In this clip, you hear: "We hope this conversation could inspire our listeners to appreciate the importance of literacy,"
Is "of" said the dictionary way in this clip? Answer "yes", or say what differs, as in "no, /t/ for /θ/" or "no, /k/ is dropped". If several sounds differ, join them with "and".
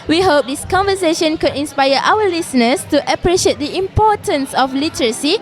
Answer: no, /f/ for /v/